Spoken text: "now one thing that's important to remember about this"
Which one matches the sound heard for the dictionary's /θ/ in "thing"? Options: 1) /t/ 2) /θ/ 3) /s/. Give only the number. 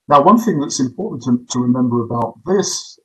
2